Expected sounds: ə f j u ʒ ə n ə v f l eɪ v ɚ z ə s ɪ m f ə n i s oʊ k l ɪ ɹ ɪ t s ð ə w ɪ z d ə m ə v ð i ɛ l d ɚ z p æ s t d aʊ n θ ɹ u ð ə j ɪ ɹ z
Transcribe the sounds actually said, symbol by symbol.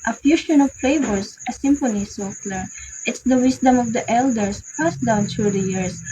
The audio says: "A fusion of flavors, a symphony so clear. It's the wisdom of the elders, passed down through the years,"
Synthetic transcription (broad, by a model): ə f j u ʃ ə n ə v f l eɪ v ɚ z ə s ɪ m f ə n i s oʊ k l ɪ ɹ ɪ t s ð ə w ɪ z d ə m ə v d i ɛ l d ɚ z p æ s d aʊ n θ ɹ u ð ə j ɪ ɹ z